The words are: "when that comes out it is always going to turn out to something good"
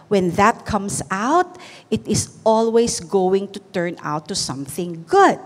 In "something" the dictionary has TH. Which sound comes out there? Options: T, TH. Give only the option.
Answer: TH